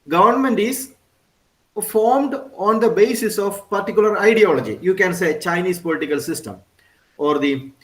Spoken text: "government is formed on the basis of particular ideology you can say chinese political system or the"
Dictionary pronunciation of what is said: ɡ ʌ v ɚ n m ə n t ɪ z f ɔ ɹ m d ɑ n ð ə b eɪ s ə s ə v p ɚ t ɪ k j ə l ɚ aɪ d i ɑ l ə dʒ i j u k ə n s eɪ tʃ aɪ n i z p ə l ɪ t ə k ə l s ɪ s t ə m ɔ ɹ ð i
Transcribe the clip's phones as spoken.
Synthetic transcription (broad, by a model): ɡ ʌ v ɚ n m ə n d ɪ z f ɔ ɹ m d ɑ n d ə b eɪ s ə s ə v p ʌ t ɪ k j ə l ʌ aɪ d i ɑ l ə dʒ i j u k ə n s eɪ tʃ aɪ n i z p ə l ɪ t ə k ə l s ɪ s t ə m ɔ ɹ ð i